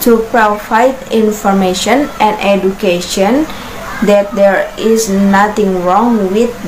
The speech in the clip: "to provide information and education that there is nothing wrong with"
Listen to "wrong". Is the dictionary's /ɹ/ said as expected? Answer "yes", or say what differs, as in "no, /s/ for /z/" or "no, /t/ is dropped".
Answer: yes